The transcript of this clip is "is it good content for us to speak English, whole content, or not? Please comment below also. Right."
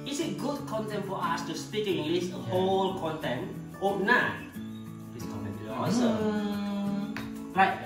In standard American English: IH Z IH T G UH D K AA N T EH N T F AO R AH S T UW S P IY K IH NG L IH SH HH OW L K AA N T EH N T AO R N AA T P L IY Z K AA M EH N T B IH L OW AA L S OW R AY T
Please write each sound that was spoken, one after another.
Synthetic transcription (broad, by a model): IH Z IH T G UH D K AA N T EH N T F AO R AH S T UW S P IY K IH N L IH S HH OW L K AA N T EH N T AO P N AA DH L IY S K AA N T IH N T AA S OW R AY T